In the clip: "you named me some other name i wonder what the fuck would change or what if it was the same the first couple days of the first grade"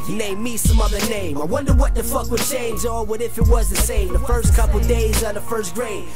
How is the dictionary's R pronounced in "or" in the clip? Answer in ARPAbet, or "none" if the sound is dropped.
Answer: L